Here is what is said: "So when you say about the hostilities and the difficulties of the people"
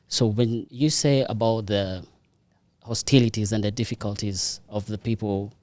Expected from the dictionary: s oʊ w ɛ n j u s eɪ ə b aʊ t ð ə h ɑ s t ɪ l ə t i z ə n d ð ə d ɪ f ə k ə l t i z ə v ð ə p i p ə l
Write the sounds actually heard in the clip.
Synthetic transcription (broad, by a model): s oʊ w ɛ n j u s eɪ ə b aʊ t ð ə h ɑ s t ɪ l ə t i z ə n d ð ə d ɪ f ə k ə l t i z ə v ð ə p i p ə l